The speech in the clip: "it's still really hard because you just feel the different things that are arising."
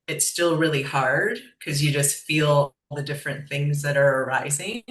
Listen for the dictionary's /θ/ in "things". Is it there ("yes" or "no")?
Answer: yes